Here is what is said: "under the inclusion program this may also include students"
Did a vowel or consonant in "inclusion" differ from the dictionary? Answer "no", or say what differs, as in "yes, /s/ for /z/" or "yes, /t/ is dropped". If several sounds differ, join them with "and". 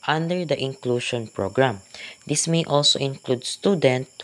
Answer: yes, /ʃ/ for /ʒ/